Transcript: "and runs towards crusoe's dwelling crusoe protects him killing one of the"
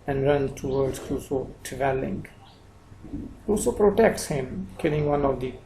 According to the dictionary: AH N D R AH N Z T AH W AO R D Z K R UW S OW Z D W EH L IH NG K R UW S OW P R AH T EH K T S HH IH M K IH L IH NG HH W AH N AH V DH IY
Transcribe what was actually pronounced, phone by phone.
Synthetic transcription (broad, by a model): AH N D R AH N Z T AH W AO R D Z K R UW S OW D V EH L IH NG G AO S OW P R AH T EH K T S HH IH M K IH L IH NG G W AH N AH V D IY